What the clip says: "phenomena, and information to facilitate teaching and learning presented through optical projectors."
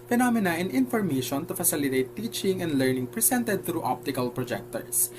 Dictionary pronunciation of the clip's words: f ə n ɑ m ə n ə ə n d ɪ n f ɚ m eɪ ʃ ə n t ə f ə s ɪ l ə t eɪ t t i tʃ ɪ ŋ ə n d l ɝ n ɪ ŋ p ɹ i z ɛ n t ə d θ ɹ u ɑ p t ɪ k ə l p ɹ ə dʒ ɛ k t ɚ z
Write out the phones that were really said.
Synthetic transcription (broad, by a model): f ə n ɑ m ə n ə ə n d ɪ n f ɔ m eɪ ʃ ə n t ə f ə s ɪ l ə t eɪ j t i tʃ ɪ ŋ ə n d l ɝ n ɪ ŋ p ɹ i s ɛ n t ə d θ ɹ u ɑ p t ɪ k ə l p ɹ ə dʒ ɛ k t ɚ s